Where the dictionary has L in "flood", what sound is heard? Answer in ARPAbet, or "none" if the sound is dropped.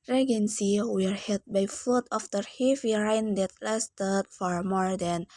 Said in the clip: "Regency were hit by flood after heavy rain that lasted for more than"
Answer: none